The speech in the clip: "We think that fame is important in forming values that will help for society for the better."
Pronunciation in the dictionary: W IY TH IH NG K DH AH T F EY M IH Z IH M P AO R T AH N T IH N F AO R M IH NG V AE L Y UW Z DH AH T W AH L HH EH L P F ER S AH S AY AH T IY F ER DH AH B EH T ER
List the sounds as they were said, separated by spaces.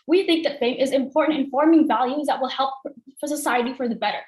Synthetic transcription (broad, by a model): W IY TH IH NG K DH AH T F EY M IH Z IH M P AO R T N T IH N F AO R M IH NG V AE L Y UW Z DH AH T W AH L HH EH L P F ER S AH S AY AH T IY F ER DH AH B EH T ER